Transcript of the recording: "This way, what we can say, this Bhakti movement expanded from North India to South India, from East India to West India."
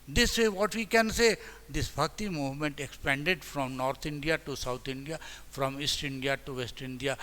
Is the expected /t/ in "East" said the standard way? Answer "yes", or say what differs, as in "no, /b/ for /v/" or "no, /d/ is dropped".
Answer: yes